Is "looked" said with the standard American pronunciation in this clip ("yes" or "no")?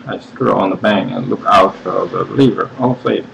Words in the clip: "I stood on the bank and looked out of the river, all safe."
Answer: no